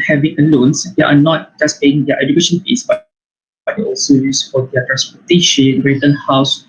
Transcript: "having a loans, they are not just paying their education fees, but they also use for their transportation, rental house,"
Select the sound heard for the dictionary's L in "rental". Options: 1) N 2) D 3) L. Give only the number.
1